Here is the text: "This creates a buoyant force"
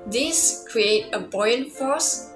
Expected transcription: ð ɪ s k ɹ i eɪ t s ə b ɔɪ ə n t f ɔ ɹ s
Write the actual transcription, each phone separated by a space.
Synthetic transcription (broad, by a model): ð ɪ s k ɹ i eɪ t ə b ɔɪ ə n f ɔ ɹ s